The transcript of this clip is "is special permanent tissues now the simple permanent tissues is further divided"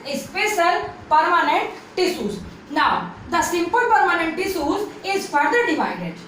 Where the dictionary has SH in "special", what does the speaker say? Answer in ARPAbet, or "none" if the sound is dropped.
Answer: S